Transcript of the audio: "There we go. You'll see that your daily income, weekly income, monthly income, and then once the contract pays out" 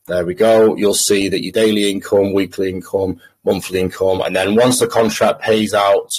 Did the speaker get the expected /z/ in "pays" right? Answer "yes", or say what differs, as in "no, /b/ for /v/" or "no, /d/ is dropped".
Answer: yes